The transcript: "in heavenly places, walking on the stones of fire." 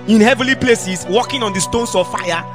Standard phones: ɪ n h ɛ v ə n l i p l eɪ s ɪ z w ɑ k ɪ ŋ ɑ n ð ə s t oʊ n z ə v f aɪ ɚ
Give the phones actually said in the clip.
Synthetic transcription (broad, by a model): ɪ n h ɛ v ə l i p l eɪ s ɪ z w ɑ k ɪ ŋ ɑ n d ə s t oʊ n s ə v f aɪ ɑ